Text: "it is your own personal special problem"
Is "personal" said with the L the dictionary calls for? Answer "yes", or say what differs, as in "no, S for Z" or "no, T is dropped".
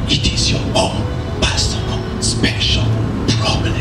no, N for L